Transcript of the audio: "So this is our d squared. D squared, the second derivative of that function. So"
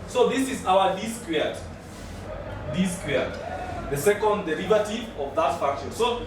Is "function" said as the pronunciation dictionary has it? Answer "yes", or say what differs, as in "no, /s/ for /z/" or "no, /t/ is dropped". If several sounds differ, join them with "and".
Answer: no, /ŋ/ is dropped